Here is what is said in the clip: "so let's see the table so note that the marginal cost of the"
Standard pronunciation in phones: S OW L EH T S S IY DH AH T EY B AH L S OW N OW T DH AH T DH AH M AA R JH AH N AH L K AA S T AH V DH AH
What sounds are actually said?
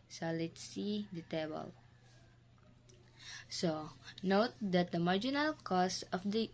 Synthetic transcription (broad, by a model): S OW L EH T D S IY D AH T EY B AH L S OW N OW T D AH T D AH M AA R JH AH N AH L K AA S AH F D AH